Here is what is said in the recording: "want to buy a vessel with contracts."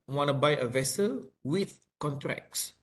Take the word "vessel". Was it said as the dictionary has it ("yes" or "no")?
yes